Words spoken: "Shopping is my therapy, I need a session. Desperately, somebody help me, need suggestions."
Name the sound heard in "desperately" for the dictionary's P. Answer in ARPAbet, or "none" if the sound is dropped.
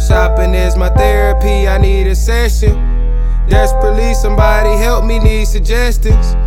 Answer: none